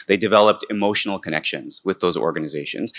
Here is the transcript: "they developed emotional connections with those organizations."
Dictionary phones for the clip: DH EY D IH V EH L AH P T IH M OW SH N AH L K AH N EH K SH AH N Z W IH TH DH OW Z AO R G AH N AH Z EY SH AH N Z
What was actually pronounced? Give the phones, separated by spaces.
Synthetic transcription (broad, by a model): DH EY D IH V EH L AH P T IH M OW SH N L K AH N EH K SH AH N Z W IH DH OW Z AO R G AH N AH Z EY SH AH N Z